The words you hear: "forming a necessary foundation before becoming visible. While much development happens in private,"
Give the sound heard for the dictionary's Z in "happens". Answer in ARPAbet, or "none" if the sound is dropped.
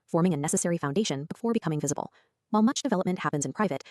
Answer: Z